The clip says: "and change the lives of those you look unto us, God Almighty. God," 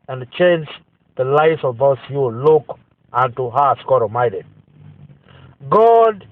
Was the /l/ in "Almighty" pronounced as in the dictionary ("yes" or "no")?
no